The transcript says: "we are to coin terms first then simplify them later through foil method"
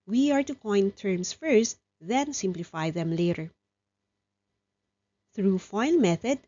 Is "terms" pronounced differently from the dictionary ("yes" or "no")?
yes